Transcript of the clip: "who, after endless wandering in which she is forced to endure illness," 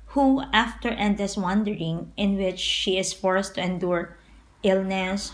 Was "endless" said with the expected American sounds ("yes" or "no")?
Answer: no